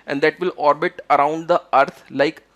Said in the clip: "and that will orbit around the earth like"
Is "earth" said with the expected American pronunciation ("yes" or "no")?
no